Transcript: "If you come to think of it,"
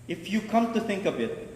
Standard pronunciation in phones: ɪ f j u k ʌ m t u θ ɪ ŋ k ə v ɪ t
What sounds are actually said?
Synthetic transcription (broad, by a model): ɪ f j u k ʌ m t u θ ɪ ŋ k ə b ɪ t